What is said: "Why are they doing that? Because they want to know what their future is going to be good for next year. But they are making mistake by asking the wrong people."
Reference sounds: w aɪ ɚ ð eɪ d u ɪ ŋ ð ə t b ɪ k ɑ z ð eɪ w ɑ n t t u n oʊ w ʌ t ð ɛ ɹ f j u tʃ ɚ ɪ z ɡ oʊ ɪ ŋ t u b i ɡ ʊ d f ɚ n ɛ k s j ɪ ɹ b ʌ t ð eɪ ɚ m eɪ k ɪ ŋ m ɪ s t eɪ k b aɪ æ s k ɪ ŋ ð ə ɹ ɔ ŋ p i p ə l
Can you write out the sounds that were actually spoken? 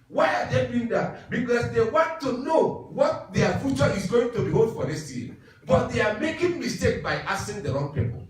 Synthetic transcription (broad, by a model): w aɪ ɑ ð eɪ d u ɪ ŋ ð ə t b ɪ k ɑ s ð eɪ w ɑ n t t u n oʊ w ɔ t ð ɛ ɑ f j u tʃ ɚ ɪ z ɡ oʊ ɪ ŋ t u b i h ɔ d f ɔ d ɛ s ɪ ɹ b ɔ t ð eɪ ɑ m eɪ k ɪ ŋ m ɪ s t eɪ k b aɪ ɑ s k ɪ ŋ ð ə ɹ ɔ ŋ p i p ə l